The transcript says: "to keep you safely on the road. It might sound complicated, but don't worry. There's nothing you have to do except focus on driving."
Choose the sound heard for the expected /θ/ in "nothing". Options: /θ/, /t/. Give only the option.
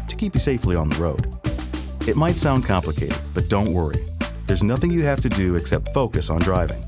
/θ/